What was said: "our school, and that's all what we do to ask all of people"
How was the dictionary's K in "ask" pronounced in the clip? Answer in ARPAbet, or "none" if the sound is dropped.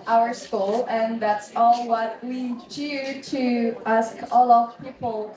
K